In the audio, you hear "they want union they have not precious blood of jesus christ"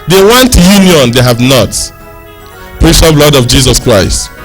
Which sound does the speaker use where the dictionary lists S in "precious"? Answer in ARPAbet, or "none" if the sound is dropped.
none